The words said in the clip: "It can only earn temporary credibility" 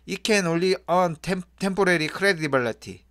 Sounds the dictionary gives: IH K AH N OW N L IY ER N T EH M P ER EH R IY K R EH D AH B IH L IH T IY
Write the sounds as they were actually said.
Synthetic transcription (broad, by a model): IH K AH N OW L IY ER N T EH M P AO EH R IY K R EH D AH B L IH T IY